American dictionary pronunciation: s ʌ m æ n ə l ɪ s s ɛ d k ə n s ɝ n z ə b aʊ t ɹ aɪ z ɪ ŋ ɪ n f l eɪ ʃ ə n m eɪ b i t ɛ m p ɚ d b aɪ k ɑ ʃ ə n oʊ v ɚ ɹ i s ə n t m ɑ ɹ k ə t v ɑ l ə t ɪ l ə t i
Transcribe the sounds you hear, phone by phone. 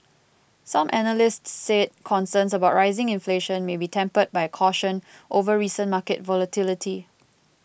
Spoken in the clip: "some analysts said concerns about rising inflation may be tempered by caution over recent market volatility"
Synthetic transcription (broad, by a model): s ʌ m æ n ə l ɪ s s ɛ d k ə n s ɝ n s ə b aʊ t ɹ aɪ z ɪ ŋ ɪ n f l eɪ ʃ ə n m eɪ b i t ɛ m p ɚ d b aɪ k ɑ ʃ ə n oʊ v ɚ ɹ i s ə n m ɑ k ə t v ɑ l ə t ɪ l ə t i